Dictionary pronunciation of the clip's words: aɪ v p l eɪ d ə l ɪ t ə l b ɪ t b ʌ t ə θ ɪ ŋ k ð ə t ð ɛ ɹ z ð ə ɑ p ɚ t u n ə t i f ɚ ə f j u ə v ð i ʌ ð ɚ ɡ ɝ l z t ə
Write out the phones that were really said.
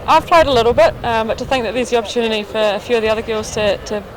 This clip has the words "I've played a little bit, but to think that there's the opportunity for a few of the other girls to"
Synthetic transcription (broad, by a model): aɪ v p l eɪ d ə l ɪ t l b ɪ t b ʌ t ə θ ɪ ŋ k ð ə t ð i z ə ɑ p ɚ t u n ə t i f ɚ ə f j u ə v ð i ʌ ð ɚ ɡ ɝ l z t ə